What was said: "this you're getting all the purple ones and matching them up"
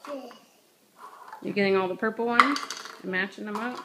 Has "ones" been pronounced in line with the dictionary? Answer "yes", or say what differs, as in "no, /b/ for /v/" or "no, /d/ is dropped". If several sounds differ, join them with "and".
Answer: no, /z/ is dropped